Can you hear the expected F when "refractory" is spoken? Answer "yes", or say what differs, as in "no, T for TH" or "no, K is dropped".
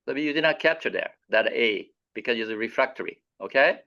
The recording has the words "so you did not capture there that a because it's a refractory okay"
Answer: yes